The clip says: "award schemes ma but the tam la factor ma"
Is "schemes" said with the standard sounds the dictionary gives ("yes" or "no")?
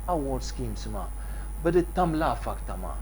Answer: no